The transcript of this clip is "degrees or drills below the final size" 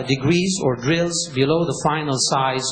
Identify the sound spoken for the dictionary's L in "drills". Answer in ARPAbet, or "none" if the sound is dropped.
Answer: L